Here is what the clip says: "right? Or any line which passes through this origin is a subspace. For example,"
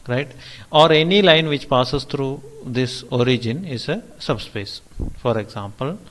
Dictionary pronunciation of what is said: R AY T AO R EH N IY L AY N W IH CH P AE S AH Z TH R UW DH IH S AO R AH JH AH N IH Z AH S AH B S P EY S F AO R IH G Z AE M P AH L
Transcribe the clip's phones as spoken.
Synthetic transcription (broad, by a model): R AY T AO R EH N IY L AY N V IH CH P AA S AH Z T R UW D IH S AO R AH JH AH N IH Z AH S AH B S P EY S F AO R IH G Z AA M P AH L